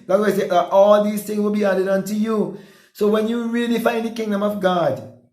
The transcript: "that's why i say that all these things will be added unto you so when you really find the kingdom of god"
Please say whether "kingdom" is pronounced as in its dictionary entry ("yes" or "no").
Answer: yes